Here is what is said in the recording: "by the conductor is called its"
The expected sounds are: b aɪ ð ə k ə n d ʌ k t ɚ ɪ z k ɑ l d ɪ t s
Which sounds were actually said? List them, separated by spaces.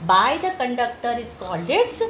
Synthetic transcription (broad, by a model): b aɪ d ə k ə n d ʌ k t ɚ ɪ s k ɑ l ɪ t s